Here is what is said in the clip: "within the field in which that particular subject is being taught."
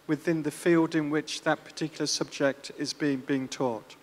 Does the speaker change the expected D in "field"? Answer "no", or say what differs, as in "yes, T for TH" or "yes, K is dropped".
no